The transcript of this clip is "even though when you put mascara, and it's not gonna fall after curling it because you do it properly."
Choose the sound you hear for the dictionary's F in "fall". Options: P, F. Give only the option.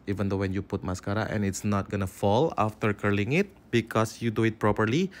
F